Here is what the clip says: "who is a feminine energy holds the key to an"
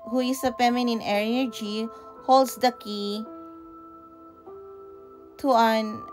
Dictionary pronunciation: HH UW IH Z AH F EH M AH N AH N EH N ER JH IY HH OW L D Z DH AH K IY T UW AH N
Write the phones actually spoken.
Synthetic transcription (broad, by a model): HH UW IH S AH P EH M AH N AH N EH N ER JH IY HH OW L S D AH K IY T UW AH N